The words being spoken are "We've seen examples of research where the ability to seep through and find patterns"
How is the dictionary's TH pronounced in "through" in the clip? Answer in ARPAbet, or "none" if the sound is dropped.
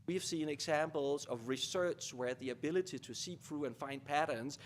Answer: F